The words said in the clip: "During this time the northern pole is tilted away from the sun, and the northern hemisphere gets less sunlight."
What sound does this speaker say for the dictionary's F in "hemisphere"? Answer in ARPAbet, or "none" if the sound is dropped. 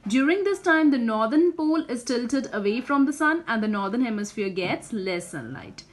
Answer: F